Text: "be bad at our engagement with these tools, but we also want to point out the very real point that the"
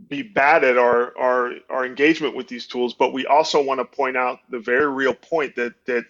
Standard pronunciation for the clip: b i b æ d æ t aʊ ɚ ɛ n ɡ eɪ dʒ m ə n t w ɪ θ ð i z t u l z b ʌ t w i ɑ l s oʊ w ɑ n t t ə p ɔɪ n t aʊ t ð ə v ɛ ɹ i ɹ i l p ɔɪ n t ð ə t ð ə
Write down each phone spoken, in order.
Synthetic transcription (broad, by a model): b i b æ d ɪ t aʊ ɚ ɛ n ɡ eɪ dʒ m ə n t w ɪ ð i z t u l z b ʌ t w i ɑ l s oʊ w ɑ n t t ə p ɔɪ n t aʊ t ð ə v ɛ ɹ i ɹ i l p ɔɪ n ð ə t ð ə